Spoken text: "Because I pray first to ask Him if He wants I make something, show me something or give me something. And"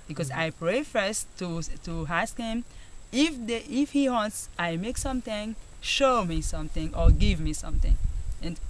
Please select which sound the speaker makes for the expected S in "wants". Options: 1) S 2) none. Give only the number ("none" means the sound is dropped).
1